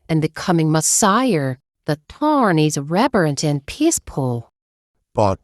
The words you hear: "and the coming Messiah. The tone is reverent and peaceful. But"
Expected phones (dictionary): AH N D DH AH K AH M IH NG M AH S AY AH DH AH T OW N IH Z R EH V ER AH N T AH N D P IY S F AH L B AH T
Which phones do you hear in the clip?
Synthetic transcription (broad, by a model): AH N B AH K AH M IH NG M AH S AY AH DH AH T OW N IH Z R EH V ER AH N T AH N P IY S P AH L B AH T